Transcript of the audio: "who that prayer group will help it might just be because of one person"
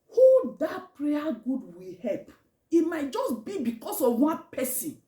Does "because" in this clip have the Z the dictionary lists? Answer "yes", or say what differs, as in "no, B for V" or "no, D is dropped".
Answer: no, S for Z